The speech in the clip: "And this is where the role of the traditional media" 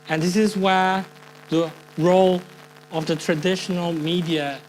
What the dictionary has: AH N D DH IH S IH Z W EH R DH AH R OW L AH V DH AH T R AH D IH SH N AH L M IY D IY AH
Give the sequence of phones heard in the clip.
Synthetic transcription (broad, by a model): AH N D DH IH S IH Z W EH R DH AH R OW L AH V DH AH T R AH D IH SH N AH L M IY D IY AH